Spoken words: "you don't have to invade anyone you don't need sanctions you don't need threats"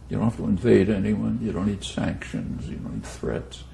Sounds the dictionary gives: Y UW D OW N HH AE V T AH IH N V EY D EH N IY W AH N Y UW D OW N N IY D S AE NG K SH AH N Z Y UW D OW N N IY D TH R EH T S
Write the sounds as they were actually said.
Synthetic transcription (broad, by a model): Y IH D OW N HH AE F T AH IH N V EY D EH N IY W AH N Y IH D OW N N IY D S AE NG K SH AH N Z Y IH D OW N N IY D TH R EH T S